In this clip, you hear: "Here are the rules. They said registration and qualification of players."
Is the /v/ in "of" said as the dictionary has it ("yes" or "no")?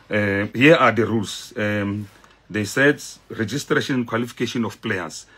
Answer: no